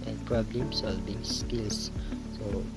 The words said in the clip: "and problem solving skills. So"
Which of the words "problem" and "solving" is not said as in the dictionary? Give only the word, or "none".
solving